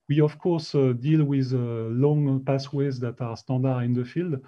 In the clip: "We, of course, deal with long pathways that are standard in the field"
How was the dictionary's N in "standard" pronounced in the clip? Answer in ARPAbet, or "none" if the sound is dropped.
none